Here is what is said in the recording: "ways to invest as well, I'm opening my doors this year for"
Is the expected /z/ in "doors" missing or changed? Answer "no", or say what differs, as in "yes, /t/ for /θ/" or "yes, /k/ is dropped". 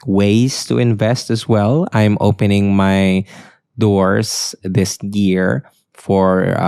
yes, /s/ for /z/